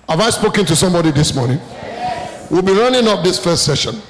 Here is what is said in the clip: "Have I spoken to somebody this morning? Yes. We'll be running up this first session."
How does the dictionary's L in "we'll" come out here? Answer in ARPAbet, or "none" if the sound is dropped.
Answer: L